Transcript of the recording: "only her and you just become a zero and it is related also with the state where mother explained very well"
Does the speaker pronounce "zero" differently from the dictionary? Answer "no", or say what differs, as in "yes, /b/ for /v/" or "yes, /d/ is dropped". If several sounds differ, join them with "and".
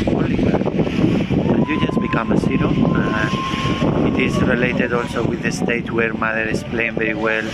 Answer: yes, /s/ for /z/